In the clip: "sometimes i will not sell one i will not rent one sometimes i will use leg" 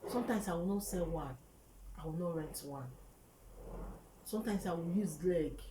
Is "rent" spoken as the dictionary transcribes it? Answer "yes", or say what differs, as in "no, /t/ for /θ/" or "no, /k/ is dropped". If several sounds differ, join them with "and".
yes